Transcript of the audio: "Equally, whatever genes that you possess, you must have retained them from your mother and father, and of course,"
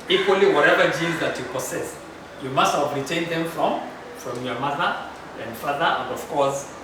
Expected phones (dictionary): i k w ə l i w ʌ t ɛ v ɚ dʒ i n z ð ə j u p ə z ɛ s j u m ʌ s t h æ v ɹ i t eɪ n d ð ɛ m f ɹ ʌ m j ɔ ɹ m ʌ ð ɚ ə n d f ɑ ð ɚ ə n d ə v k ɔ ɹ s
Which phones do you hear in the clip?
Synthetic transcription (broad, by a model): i k w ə l i w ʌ t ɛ v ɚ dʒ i z ð ə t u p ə s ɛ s j u m ʌ s t h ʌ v ɹ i t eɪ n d ð ɛ m f ɹ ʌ m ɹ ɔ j m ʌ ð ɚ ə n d f ɑ ð ɚ ə n d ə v k ɔ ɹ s